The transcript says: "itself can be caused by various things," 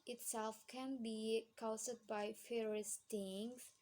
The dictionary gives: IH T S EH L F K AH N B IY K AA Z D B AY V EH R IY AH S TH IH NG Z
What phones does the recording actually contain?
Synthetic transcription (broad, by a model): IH T S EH L F K AH N B IY K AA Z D B AY F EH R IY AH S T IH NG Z